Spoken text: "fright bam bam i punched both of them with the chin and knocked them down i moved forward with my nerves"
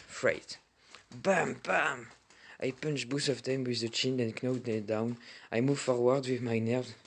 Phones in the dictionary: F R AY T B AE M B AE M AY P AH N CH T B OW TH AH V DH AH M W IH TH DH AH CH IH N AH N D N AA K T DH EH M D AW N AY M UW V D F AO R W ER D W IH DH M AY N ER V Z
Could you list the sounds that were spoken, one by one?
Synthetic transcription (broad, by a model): F R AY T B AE M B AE M AY P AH N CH B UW S AH V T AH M W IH DH AH CH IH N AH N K N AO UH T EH D AW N AY M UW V F AO R W ER D W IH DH M AY N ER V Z